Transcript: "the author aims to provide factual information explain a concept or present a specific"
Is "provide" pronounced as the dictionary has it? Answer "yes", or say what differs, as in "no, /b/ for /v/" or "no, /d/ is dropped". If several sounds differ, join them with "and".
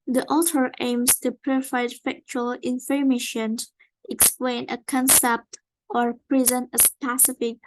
no, /f/ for /v/